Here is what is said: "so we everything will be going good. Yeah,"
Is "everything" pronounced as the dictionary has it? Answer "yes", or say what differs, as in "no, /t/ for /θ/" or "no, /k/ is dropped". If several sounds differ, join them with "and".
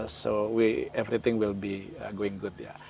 no, /t/ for /θ/